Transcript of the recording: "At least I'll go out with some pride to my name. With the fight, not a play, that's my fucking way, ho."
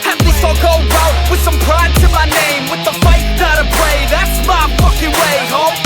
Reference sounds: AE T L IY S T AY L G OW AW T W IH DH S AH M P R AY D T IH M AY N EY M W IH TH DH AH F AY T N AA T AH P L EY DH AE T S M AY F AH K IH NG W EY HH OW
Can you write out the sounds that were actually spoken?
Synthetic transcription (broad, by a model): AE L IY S AY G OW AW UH W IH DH S AH M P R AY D T IH M AY N EY M W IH DH AH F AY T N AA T AH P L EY DH AE T S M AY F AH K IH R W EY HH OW